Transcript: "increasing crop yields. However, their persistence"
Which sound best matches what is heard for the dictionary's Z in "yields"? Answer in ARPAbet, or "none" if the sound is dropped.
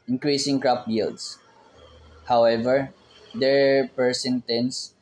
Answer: S